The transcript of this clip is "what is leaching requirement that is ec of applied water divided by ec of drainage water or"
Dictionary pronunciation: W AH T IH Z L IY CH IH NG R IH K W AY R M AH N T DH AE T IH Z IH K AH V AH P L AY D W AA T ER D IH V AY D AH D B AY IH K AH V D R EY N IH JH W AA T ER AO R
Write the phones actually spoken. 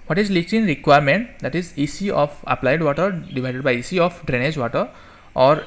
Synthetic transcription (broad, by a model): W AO T IH Z L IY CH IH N R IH K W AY R M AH N T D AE T IH Z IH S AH P AH P L AY D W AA T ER D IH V AY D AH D B AY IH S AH P D R EY N IH JH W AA T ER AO R